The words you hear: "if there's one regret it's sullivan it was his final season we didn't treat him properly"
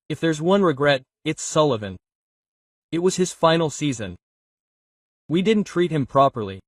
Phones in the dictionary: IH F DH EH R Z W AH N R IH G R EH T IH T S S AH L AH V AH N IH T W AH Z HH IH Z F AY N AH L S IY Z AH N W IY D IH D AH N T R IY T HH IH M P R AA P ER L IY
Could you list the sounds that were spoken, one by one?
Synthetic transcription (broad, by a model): IH F DH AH R Z W AH N R IH G R EH T IH T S S AH L AH V AH N IH T W AH Z IH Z F AY N L S IY Z AH N W IY D IH D N T R IY T HH IH M P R AA P ER L IY